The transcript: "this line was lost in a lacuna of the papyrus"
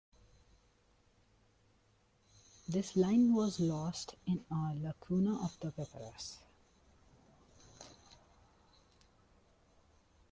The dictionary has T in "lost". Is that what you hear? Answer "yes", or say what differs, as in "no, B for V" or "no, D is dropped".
yes